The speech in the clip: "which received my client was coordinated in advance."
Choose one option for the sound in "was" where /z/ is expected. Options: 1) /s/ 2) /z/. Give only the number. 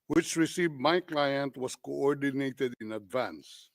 1